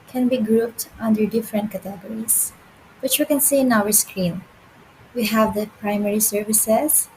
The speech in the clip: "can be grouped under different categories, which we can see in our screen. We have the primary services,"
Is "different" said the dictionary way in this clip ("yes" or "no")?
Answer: yes